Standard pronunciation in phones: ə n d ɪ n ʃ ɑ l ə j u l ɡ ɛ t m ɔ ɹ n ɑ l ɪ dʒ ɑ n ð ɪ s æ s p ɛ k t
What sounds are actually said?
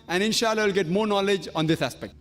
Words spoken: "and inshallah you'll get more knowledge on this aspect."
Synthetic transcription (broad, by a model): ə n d ɪ n ʃ ɑ l ə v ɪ l ɡ ɛ t m ɔ ɹ n ɑ l ɪ dʒ ɑ n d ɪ s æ s p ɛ k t